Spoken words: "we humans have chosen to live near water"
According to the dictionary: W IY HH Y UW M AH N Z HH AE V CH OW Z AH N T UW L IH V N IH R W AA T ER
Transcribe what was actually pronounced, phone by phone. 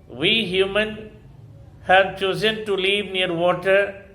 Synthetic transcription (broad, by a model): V IY HH Y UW M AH N HH AE V CH OW Z AH N T UW L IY V N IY R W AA T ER